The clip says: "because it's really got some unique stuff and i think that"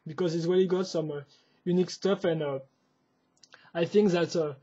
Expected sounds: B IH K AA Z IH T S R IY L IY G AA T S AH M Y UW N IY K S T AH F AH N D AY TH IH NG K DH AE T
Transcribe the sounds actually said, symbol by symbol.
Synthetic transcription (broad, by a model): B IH K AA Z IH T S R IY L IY G AA T S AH M Y UW N IY K S T AH F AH N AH AY TH IH NG K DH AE T